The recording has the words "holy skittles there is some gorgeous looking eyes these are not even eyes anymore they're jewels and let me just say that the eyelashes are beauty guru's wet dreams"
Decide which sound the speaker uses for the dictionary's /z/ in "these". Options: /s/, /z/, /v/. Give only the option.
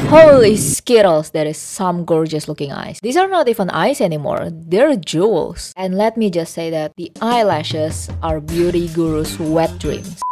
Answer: /s/